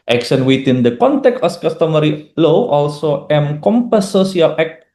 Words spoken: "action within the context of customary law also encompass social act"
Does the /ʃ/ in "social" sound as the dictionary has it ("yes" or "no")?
no